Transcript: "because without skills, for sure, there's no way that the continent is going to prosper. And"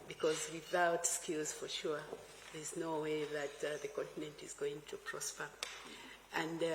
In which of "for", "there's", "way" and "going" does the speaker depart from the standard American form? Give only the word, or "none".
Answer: none